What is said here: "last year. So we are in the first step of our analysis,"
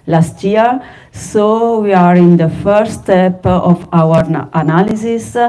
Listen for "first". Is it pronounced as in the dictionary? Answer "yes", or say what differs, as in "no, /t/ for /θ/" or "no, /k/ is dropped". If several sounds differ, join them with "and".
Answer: no, /s/ is dropped